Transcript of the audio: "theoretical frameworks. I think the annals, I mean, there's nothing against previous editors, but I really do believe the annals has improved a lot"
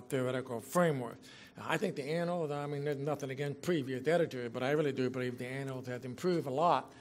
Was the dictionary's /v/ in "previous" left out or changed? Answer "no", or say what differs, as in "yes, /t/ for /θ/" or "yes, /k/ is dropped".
no